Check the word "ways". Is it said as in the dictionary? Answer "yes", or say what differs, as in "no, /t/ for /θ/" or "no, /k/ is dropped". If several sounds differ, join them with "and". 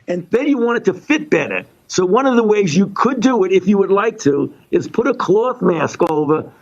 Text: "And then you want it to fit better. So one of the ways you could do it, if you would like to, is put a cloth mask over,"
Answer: yes